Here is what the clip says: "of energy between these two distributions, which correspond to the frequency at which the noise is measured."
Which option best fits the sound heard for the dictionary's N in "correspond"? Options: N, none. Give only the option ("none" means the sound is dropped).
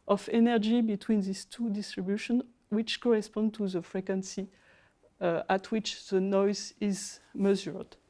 N